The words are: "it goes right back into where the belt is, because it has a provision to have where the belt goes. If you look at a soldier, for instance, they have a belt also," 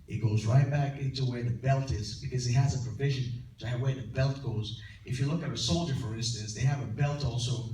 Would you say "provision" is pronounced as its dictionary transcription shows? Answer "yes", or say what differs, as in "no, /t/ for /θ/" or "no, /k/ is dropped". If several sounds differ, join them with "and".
yes